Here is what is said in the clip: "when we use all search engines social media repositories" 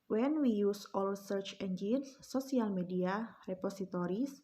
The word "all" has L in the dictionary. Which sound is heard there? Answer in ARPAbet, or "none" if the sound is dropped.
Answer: L